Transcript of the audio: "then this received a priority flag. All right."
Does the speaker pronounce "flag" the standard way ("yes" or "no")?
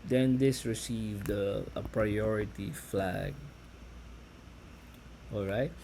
yes